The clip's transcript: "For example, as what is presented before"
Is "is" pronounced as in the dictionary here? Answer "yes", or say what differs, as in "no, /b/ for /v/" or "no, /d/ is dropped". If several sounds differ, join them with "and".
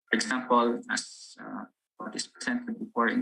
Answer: no, /s/ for /z/